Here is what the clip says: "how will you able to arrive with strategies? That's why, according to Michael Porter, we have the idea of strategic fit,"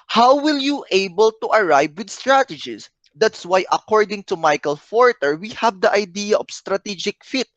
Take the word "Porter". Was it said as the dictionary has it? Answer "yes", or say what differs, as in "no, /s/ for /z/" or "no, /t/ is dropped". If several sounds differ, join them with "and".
no, /f/ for /p/